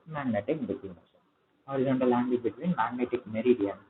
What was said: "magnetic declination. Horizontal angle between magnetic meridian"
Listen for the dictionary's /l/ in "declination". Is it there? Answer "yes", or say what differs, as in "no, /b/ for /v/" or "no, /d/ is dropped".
no, /l/ is dropped